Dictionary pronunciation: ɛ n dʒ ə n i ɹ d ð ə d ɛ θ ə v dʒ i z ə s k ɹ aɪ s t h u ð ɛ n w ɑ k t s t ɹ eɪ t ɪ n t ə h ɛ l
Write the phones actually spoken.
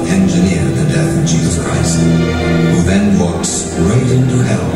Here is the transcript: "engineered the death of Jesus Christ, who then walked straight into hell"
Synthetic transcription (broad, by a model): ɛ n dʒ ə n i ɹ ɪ ð ə d ɛ θ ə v dʒ i z ə s k ɹ aɪ s t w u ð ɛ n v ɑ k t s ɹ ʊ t ɪ n t ə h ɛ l